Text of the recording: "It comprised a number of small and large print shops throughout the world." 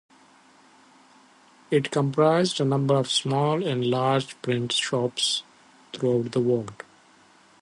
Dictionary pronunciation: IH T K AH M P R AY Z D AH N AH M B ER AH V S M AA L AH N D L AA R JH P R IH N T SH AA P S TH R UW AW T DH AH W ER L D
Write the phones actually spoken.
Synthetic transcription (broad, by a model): IH T K AH M P R AY Z D AH N AH M B ER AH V S M AA L AH N D L AA R JH P R IH N T SH AA P S T R UW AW T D AH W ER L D